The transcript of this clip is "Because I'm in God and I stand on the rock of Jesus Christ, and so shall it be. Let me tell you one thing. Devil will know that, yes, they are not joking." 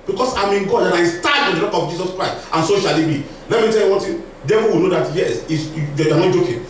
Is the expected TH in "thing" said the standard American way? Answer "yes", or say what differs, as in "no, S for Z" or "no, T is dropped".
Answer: no, T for TH